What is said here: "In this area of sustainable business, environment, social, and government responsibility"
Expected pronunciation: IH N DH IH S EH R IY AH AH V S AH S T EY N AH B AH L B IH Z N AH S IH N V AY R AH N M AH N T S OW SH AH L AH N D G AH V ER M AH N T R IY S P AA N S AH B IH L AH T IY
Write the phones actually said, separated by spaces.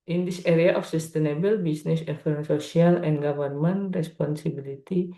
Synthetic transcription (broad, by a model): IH N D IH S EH R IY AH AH F S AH S T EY N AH B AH L B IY S N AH S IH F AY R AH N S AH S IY AH L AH N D G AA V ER M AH N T R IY S P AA N S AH B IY L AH T IY